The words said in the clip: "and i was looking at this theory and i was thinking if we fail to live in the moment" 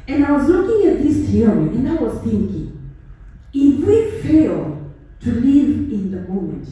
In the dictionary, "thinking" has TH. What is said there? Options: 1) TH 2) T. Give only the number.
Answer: 1